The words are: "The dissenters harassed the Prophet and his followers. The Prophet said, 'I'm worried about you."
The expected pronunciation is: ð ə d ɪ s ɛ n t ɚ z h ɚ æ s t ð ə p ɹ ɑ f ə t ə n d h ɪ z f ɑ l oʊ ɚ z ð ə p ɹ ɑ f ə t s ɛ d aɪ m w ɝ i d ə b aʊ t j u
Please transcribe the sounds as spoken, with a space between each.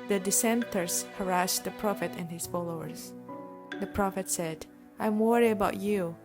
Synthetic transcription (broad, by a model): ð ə d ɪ s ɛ n t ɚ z h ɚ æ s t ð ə p ɹ ɑ f ə t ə n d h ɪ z f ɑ l oʊ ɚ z ð ə p ɹ ɑ f ə t s ɛ d aɪ m w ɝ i ə b aʊ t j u